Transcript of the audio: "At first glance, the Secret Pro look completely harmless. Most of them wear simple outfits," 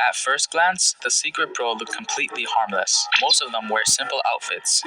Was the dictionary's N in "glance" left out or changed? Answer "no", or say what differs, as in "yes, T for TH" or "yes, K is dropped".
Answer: no